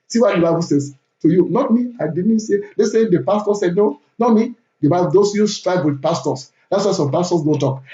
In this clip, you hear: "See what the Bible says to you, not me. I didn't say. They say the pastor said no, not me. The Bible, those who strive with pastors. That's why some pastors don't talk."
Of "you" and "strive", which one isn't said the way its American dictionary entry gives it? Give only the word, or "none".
strive